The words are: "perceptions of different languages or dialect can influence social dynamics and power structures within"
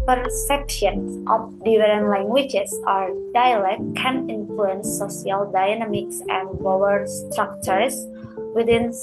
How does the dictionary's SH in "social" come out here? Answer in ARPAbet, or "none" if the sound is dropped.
none